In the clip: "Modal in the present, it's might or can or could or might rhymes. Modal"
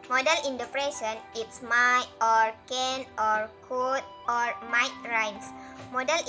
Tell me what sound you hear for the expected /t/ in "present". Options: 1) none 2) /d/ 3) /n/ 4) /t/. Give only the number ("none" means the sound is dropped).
1